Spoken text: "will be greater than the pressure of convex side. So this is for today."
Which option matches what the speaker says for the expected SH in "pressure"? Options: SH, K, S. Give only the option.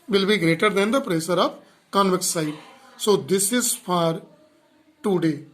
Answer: S